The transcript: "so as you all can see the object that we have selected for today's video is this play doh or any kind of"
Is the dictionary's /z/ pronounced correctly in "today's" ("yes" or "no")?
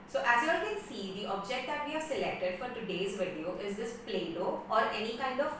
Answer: yes